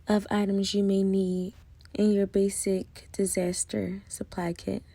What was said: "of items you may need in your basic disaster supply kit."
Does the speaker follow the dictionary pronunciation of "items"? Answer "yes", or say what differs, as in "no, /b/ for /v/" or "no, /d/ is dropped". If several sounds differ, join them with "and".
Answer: yes